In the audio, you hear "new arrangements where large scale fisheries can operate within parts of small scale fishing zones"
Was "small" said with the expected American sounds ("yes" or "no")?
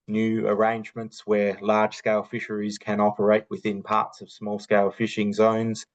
yes